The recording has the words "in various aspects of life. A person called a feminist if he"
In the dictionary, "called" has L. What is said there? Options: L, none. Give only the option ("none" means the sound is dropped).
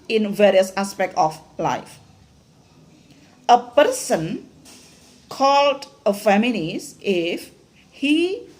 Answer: L